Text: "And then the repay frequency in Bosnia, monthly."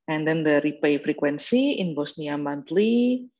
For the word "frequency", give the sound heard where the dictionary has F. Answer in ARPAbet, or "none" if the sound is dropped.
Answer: F